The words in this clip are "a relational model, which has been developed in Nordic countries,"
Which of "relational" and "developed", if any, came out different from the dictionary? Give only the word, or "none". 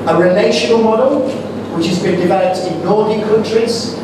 none